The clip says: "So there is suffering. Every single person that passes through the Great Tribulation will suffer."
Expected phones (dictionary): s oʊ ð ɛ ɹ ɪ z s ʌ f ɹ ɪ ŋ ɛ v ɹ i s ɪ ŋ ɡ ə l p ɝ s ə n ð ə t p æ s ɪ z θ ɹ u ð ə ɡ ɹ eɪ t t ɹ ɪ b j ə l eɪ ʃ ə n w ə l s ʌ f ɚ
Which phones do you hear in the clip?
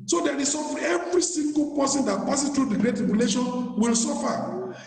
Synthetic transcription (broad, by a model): s oʊ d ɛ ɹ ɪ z s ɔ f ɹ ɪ ɛ v ɹ i s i ŋ ɡ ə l p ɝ s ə n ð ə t p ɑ s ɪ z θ ɹ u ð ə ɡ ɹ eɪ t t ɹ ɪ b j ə l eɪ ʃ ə n w ə l s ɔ f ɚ